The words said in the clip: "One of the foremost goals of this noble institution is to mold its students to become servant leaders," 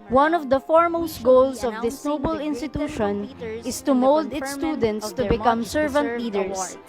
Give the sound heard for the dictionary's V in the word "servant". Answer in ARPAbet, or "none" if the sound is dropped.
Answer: V